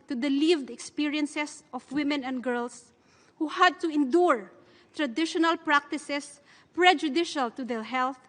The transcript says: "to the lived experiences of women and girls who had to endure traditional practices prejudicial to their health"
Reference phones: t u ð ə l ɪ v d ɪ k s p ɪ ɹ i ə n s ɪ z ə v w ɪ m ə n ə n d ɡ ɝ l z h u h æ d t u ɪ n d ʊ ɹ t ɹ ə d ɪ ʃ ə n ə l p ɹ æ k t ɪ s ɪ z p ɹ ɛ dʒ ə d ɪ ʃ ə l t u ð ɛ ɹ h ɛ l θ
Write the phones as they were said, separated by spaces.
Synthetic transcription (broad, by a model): t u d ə l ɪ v d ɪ k s p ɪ ɹ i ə n s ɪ s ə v w ɪ m ə n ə n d ɡ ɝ l s h u h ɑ d t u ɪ n d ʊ ɹ t ɹ ə d ɪ ʃ ə n ə l p ɹ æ k t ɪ s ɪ s p ɹ ɛ dʒ ə d ɪ ʃ ə l t u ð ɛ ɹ h ɛ l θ